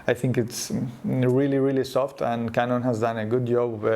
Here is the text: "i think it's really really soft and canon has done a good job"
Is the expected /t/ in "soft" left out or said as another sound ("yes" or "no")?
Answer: no